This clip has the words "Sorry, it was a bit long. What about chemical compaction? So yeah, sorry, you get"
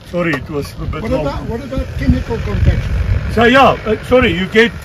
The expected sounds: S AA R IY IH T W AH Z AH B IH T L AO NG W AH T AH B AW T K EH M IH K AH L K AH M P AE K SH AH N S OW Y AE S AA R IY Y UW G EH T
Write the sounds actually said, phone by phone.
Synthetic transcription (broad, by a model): S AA R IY IH T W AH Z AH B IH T W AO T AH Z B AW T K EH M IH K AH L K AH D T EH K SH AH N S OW Y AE S AA R IY Y UW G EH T